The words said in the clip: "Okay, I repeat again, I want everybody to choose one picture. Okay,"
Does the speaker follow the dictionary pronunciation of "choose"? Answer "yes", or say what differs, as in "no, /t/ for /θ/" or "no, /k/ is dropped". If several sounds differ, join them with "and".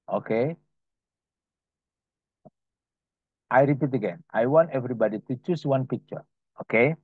no, /s/ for /z/